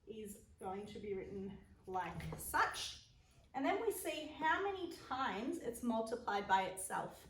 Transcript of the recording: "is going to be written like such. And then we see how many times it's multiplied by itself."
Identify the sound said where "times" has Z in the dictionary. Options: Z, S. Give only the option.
Z